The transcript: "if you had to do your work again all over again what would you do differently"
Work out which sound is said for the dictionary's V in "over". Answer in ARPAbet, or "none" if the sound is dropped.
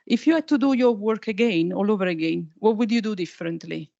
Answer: V